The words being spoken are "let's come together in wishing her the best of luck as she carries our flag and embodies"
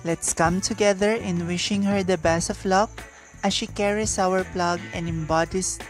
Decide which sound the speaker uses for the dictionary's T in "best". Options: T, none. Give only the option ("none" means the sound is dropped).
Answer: none